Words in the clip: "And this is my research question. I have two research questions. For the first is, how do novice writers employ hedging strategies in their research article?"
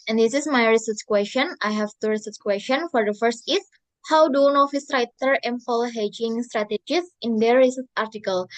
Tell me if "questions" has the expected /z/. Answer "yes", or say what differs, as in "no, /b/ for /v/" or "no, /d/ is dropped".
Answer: no, /z/ is dropped